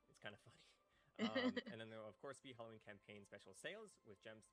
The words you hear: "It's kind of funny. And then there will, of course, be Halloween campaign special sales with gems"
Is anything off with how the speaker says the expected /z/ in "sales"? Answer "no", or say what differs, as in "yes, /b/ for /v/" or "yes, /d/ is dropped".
no